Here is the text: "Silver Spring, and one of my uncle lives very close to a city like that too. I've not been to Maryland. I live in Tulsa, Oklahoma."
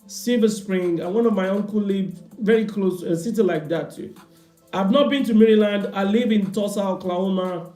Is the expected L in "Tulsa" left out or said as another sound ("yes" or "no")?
yes